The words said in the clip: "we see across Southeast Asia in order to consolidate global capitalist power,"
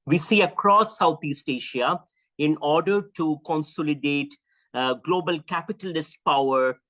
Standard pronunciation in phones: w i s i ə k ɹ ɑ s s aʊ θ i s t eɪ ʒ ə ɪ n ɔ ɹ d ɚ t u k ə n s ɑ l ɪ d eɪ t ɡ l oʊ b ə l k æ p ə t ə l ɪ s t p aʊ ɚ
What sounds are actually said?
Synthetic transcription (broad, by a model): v i s i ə k ɹ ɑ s s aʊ t i s t eɪ ʃ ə ɪ n ɔ ɹ d ɚ t u k ə n s ɑ l ɪ d eɪ t ɡ l oʊ b ə l k æ p ə t ə l ɪ s t p aʊ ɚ